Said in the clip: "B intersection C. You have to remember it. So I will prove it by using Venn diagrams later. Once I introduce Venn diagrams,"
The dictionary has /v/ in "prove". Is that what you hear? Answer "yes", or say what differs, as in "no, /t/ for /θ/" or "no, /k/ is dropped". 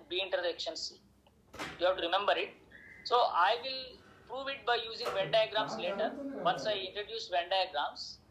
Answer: yes